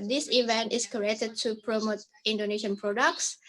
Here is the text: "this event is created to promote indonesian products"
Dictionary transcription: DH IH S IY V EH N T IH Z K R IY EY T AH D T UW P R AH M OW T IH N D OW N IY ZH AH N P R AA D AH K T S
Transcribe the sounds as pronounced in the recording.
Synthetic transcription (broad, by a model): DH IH S IY V EH N T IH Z K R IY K T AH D T UW P R AH M OW T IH N D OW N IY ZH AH N P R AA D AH K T S